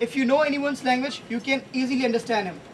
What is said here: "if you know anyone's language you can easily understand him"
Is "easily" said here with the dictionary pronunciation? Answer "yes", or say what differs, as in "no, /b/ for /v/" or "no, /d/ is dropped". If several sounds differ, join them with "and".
yes